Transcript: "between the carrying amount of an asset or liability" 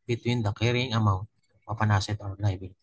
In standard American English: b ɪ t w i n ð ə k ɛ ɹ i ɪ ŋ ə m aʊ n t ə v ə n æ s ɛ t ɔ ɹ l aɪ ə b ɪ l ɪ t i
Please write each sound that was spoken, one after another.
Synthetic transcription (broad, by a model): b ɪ t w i n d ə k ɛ ɹ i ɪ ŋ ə m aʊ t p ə p ə n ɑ s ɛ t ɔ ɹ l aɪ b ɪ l